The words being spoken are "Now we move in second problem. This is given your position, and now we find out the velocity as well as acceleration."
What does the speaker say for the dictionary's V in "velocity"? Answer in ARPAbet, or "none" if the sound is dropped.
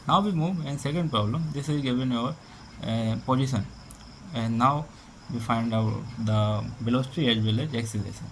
B